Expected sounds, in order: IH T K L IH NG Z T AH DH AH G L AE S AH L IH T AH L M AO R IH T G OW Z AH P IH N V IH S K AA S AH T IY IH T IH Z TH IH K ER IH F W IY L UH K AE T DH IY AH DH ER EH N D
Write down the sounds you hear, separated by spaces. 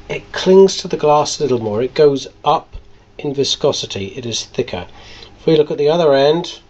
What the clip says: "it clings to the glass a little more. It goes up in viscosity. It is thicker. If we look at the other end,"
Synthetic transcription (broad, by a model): IH T K L IH NG Z T AH DH AH G L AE S AH L IH T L M AO R IH T G OW Z AH P IH N V IH S K AA S AH T IY IH T IH Z TH IH K ER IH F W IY L UH K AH T DH IY AH DH ER EH N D